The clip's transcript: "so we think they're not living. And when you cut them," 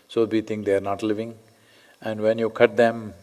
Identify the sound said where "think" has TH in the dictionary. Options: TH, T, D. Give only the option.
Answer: T